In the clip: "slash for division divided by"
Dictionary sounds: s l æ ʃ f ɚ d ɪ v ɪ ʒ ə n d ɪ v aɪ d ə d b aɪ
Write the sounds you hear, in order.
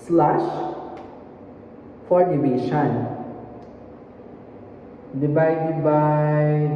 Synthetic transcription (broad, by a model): s l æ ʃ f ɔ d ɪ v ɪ ʃ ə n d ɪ b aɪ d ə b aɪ